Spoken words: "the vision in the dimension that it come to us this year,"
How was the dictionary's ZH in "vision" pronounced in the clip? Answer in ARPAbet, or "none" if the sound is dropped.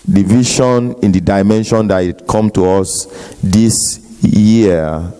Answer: SH